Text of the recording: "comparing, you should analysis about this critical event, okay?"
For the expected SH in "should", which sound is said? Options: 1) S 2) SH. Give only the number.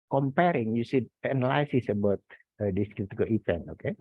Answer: 1